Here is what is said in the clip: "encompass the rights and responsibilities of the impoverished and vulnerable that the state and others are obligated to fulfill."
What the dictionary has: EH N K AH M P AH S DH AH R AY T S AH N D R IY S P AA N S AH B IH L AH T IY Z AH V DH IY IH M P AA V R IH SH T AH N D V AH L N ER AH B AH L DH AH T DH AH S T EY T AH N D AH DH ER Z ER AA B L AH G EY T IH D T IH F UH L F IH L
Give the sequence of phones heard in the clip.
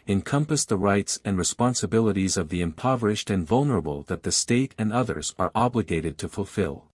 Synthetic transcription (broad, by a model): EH N K AH M P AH S DH AH R AY T S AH N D R IY S P AA N S AH B IH L AH T IY Z AH V DH IY IH M P AA V R IH SH T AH N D V AH L N ER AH B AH L DH AH T DH AH S T EY T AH N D AH DH ER Z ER AA B L AH G EY T IH D T IH F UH L F IH L